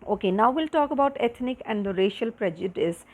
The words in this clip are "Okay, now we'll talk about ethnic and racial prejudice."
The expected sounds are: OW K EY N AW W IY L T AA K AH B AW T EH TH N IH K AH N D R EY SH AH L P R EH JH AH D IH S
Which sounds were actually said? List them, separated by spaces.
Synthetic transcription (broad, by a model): OW K EY N AW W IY L T AA K AH B AW T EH T N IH K AH N D R EY SH AH L P R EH JH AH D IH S